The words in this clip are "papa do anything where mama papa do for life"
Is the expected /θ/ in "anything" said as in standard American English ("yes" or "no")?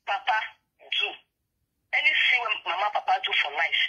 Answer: no